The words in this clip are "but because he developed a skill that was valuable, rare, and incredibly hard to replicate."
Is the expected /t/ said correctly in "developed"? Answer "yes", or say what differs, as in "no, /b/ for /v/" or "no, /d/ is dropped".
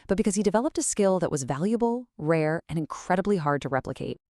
yes